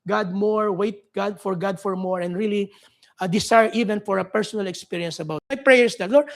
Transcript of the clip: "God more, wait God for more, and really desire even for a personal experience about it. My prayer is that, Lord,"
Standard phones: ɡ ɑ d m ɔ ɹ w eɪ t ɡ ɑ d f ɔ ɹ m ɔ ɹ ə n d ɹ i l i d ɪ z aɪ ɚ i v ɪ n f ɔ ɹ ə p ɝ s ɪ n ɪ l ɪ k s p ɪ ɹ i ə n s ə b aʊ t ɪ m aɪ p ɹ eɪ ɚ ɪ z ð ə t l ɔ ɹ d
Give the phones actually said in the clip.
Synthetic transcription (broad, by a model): ɡ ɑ d m ɔ ɹ w eɪ t ɡ ɑ d f ɔ ɹ m ɔ ɹ ə n d ɹ i l i d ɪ s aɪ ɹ i v ɪ n f ɔ ɹ ə p ɝ s ɪ n ɪ l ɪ k s p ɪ ɹ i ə n s ə b aʊ t m aɪ p ɹ eɪ ɚ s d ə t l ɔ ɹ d